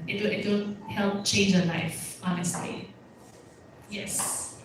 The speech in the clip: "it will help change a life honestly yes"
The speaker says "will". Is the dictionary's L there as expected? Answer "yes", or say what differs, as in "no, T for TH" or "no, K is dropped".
no, N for L